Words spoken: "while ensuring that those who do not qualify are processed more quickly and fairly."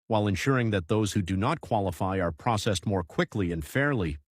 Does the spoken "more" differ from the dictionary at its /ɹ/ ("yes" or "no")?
no